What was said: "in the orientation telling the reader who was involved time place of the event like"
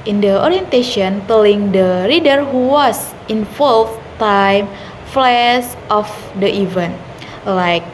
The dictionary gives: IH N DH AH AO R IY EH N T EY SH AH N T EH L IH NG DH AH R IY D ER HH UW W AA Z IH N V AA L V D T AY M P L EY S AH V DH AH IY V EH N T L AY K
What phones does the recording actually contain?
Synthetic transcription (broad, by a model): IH N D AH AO R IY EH N T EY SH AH N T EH L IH NG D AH R IY D ER HH UW W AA S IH N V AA L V T AY M F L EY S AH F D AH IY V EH N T L AY K